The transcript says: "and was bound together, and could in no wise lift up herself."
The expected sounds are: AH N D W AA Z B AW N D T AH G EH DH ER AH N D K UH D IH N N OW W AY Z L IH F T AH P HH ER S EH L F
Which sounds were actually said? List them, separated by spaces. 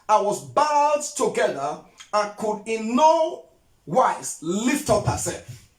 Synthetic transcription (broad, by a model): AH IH W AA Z B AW D T AH G EH DH ER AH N K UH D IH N N OW W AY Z L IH F T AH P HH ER S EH L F